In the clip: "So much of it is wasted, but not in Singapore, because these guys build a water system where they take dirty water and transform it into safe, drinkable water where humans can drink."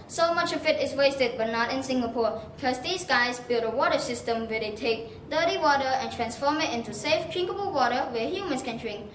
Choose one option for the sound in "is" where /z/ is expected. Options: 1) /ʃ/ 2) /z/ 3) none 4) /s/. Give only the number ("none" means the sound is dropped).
4